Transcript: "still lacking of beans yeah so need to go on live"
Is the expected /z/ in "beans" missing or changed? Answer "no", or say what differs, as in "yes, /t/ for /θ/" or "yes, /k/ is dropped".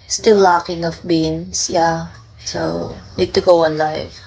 yes, /s/ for /z/